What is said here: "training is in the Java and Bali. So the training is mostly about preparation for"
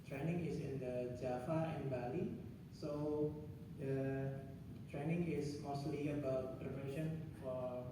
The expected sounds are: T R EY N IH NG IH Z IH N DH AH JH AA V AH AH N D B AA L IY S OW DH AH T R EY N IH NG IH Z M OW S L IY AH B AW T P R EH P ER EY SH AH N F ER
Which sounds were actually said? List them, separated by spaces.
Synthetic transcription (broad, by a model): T R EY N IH NG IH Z IH N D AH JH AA F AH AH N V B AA L IY S OW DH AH T R EY N IH NG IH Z M OW S L IY AH B AW T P R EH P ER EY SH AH N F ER